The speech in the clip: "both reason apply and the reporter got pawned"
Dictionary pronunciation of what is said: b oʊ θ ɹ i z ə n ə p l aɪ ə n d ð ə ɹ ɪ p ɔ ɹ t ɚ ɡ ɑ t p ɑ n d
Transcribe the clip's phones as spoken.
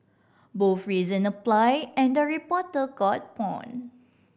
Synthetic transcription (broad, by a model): b oʊ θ ɹ i z ə n ə p l aɪ ə n d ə ɹ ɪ p ɔ t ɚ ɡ ɑ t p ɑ n